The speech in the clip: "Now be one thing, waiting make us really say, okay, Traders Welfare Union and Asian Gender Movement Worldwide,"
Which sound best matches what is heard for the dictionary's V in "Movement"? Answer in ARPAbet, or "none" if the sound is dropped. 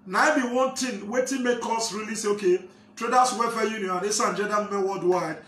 none